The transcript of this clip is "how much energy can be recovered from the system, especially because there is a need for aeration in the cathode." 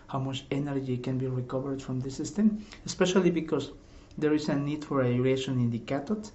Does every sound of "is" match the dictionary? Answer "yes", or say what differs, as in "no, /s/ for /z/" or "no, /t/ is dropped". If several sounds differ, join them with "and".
no, /s/ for /z/